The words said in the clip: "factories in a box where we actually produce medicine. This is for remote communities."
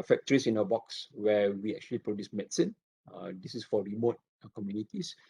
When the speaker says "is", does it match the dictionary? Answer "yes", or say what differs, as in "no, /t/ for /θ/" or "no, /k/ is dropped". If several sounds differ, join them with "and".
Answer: no, /s/ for /z/